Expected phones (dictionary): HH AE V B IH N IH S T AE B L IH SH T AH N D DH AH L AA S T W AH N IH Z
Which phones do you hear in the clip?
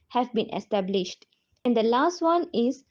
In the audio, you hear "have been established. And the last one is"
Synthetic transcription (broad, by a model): HH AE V B IH N IH S T AE B L IH SH T AH N D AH L AA S T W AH N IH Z